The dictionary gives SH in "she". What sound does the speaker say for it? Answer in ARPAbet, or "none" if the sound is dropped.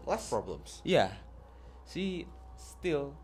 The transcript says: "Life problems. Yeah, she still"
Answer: S